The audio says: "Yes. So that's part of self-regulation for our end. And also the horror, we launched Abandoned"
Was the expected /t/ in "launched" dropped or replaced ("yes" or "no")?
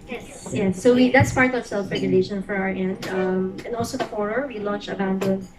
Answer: yes